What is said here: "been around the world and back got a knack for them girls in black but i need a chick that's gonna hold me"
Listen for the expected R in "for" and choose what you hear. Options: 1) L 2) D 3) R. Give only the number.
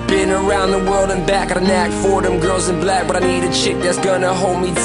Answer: 3